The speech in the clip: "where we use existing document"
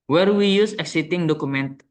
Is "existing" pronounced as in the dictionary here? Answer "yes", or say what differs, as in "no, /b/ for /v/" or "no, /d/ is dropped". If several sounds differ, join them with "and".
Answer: no, /s/ is dropped